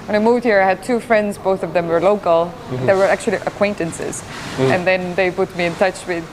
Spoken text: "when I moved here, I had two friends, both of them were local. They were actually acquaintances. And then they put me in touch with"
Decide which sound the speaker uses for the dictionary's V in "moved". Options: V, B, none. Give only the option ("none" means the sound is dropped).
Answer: V